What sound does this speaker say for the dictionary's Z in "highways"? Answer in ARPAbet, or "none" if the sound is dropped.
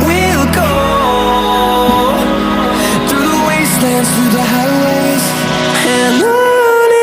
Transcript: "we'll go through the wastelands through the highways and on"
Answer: none